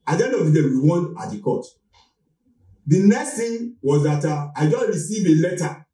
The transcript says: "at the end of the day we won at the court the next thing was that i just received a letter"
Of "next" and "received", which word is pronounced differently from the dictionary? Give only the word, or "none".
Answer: received